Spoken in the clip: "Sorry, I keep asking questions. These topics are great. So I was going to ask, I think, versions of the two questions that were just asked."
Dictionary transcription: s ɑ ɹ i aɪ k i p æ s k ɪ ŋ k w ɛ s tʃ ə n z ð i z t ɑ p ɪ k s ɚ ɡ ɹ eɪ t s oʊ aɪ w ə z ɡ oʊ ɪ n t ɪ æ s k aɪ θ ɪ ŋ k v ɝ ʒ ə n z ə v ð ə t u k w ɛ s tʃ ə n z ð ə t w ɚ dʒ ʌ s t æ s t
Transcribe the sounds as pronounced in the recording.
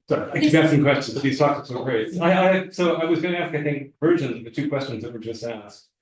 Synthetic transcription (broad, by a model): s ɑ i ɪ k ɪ b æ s ɪ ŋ k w ɛ s tʃ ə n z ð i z t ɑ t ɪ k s ɚ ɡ ɹ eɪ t s oʊ aɪ w ə z ɡ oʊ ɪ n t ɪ æ s k aɪ θ ɪ ŋ k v ɝ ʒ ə n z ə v ð ə t u k w ɛ s tʃ ə n z ð ə t w ɚ dʒ ʌ s t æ s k